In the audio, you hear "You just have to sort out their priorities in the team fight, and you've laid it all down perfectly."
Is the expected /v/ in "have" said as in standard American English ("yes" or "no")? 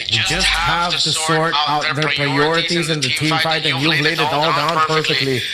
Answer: yes